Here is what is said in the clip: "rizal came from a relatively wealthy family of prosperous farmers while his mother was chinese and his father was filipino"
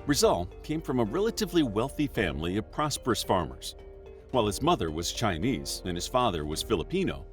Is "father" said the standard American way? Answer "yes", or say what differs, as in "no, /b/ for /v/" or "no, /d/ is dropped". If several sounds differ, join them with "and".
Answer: yes